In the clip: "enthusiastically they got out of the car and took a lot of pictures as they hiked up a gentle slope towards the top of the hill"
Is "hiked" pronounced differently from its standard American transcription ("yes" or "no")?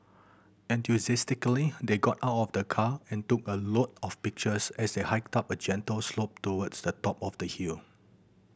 no